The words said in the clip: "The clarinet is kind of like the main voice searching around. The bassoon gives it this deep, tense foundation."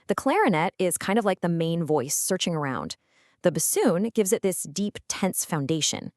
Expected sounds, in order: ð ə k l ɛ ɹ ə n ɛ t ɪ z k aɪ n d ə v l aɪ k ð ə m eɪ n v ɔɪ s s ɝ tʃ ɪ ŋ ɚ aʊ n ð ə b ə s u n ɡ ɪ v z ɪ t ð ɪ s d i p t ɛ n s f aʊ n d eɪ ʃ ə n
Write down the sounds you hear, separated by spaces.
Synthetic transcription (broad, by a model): ð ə k l ɛ ɹ ə n ɛ t ɪ z k aɪ n d ə v l aɪ k ð ə m eɪ n v ɔɪ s s ɝ tʃ ɪ ŋ ɚ aʊ n ð ə b ə s u n ɡ ɪ v z ɪ t ð ɪ s d i p t ɛ n s f aʊ n d eɪ ʃ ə n